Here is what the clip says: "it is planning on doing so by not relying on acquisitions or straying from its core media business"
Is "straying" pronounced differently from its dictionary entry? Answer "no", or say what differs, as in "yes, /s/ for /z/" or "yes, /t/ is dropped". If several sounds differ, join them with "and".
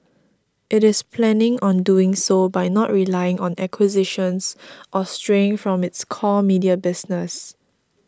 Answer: no